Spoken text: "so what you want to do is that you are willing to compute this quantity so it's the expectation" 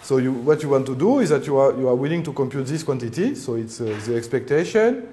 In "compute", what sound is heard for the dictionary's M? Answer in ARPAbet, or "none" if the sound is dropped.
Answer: M